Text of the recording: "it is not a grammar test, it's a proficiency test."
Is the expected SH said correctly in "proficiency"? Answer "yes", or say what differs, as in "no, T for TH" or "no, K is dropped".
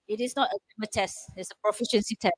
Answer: yes